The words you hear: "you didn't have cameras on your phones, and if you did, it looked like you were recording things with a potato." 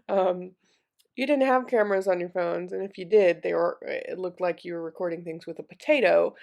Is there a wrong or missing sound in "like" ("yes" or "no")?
no